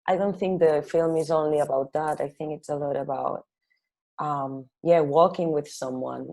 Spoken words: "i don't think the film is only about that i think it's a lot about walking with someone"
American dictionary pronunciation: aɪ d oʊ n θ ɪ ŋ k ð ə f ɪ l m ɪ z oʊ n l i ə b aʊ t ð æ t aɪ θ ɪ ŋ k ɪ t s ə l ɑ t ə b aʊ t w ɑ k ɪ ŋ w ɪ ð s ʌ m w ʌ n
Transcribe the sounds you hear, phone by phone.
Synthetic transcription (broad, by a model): aɪ d oʊ n θ ɪ ŋ k ð ə f ɪ l m ɪ z oʊ n l i ə b aʊ t ð æ t aɪ θ ɪ ŋ k ɪ t s ə l ɑ t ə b aʊ t w ɑ k ɪ ŋ w ɪ ð s ʌ m w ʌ n